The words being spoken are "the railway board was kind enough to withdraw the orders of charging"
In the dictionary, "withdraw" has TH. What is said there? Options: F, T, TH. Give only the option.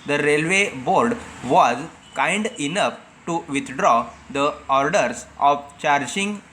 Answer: T